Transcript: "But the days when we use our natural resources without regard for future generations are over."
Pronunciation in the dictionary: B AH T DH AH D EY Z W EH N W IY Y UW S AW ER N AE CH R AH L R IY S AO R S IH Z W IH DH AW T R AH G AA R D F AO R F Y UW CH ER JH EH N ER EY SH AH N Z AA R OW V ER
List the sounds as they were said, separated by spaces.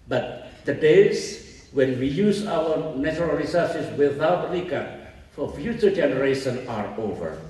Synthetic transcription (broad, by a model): B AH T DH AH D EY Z W EH N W IY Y UW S AW ER N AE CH R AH L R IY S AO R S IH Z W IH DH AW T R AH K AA F AO R F Y UW CH ER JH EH N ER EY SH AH N AA R OW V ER